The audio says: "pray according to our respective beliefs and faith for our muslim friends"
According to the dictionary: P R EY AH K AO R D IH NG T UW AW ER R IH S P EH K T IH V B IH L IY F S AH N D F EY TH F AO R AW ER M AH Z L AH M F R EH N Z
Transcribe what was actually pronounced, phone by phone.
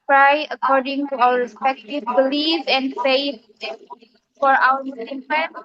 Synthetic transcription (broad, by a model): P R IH AH K AO R D IH NG T UW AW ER R IH S P EH K T IH V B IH L IY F AH N D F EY F F AO R AW ER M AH S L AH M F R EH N